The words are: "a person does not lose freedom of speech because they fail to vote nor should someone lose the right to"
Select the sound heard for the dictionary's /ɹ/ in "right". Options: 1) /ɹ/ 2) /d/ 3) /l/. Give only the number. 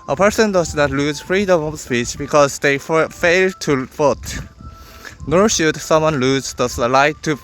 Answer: 3